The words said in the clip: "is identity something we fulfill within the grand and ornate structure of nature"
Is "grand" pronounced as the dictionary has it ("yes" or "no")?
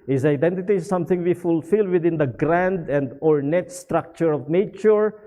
yes